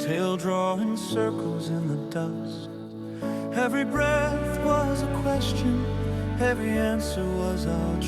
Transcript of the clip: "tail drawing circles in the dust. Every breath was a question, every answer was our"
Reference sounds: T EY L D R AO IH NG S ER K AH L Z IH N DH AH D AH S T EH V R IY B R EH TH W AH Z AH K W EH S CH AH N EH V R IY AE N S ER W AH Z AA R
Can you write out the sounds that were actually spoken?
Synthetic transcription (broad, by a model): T EY L D R AO IH NG S ER K L Z IH N DH AH D AH S T EH V R IY B R EH TH W AH Z AH K W EH S CH AH N EH V R IY AE N S ER W AH Z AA